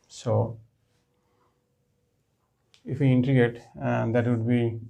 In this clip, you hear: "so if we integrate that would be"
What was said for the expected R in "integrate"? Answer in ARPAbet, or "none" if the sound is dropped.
none